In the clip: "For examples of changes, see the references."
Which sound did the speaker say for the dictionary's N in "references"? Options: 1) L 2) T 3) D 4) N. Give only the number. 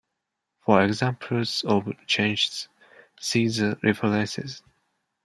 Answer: 1